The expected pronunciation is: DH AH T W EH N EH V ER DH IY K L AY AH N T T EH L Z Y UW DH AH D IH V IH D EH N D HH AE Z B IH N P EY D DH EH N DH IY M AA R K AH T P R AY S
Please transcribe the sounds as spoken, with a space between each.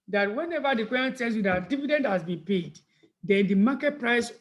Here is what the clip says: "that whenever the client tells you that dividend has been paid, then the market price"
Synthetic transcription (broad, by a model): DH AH T W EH N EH V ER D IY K W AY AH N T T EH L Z Y UW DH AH D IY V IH D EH N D HH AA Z B IH N P EY D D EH N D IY M AA K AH T P R AY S